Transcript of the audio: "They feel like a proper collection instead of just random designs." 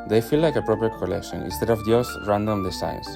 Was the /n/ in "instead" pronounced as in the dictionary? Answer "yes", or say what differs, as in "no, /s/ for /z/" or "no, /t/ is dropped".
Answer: yes